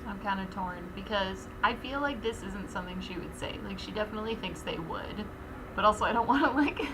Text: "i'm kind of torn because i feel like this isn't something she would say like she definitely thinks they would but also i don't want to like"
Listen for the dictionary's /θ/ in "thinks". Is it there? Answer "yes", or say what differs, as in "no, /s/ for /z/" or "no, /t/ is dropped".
yes